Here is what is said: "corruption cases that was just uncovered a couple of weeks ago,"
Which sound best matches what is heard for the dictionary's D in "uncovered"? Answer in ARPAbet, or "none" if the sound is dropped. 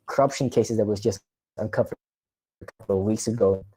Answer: none